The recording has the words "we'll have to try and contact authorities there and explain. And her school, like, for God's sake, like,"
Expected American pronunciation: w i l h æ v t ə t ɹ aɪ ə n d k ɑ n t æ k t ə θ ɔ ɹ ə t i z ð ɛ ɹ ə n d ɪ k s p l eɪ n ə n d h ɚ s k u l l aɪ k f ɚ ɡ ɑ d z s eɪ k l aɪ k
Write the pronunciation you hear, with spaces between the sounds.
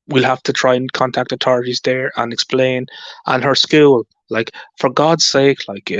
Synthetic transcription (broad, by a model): w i l h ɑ f t ə t ɹ aɪ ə n k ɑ n t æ k t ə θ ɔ ɹ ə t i z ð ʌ ɹ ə n ɪ k s p l eɪ n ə n h ɚ s k u l l aɪ k f ɚ ɡ ɑ d z s eɪ k l aɪ k